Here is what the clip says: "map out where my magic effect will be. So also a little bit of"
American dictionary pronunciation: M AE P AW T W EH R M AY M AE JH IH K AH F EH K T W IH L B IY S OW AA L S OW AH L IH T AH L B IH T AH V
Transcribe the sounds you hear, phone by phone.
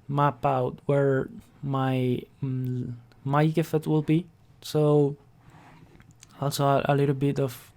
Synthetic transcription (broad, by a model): M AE P AW T W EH R M AY M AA IH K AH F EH T W IH L B IY S OW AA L S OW AH L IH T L B IH T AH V